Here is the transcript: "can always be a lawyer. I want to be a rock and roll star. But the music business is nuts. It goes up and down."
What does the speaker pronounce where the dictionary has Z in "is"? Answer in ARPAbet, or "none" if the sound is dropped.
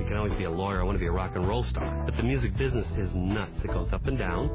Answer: Z